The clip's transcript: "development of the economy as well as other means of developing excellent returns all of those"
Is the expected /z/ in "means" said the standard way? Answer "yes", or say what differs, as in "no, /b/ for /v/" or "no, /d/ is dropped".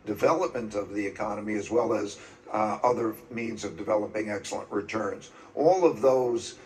yes